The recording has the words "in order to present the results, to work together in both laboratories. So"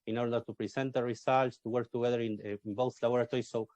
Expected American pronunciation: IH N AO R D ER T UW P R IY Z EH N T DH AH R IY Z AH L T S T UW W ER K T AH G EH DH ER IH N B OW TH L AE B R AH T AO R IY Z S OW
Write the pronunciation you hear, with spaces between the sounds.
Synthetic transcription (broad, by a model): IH N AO R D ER T UW P R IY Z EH N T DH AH R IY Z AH L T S T UW W ER K T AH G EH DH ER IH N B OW S L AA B R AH T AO R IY S OW